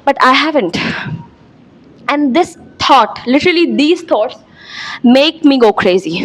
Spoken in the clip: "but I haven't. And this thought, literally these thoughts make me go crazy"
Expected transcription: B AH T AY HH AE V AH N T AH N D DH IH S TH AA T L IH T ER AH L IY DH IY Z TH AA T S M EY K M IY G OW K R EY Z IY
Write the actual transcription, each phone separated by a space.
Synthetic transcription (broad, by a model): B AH T AY HH AE V AH N T AH N D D IH S T AA T L IH T ER AH L IY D IY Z T AA T S M EY K M IY G OW K R EY Z IY